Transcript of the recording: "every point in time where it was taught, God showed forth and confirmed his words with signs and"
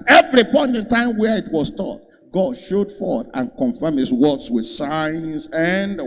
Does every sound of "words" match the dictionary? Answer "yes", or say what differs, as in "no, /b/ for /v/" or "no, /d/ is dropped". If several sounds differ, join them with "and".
no, /s/ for /z/